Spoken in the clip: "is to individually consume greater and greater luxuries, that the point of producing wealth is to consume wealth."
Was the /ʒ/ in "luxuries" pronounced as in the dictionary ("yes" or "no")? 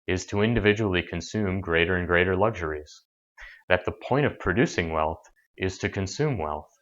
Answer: yes